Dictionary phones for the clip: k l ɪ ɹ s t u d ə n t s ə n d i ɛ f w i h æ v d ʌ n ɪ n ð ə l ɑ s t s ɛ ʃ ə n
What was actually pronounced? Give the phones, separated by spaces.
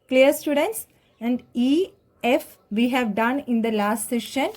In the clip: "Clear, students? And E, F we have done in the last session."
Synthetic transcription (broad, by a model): k l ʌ ɹ s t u d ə n t s ə n d i ɛ f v i h æ v d ʌ n ɪ n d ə l ɑ s t s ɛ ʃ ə n